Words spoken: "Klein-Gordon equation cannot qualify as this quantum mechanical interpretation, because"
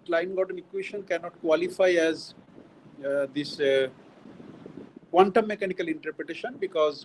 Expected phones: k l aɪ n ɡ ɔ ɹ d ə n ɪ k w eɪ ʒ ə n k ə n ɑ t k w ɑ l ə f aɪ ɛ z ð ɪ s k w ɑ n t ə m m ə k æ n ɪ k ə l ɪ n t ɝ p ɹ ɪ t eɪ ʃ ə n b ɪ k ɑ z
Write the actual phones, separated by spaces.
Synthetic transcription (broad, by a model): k l aɪ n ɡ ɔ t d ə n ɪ k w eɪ ʃ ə n k ə n ɑ t k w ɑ l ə f aɪ ɛ z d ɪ s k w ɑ n t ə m m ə k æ n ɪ k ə l ɪ n t ɝ p ɹ ɪ t eɪ ʃ ə n b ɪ k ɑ z